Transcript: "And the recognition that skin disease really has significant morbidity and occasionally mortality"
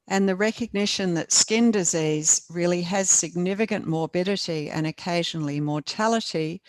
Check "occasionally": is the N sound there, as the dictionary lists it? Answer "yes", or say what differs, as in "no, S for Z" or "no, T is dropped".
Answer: yes